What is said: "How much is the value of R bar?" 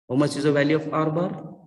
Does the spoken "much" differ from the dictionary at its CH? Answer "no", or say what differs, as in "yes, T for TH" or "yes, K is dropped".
yes, S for CH